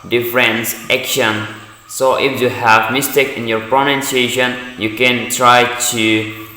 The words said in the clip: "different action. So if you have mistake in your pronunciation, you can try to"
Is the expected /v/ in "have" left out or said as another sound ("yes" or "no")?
no